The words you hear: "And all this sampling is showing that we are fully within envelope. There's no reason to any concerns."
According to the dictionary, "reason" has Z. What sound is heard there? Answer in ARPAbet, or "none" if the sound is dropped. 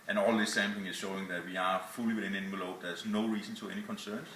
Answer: S